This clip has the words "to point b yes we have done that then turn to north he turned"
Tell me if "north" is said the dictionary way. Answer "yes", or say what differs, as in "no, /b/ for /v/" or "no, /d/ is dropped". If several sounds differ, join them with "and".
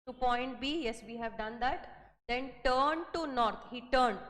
no, /t/ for /θ/